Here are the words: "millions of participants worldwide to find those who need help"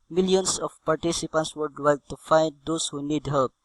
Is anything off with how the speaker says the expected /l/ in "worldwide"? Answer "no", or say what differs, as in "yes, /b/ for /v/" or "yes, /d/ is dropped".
yes, /l/ is dropped